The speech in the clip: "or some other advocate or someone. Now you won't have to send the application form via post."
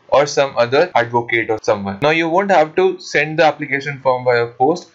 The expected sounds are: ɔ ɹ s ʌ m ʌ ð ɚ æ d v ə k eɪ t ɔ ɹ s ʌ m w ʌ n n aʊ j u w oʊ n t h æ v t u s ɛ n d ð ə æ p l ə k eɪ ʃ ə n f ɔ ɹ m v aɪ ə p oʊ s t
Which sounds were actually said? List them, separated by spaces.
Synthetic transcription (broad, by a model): ɔ ɹ s ʌ m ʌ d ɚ æ d v ə k eɪ t ɔ ɹ s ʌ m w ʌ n n aʊ j u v oʊ n t h æ v t u s ɛ n d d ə æ p l ə k eɪ ʃ ə n f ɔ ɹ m b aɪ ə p oʊ s t